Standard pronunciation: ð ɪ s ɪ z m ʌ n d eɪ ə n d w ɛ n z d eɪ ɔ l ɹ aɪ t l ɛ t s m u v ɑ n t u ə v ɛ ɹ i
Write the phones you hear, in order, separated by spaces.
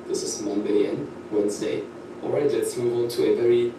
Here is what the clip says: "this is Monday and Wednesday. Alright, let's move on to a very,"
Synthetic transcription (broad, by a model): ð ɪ s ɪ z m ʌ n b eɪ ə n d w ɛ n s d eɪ ɔ l ɹ aɪ t l ɛ t s m u v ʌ l t u ə v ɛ ɹ i